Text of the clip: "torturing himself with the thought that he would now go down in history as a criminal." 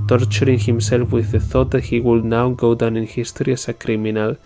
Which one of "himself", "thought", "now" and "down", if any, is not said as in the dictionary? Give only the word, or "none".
none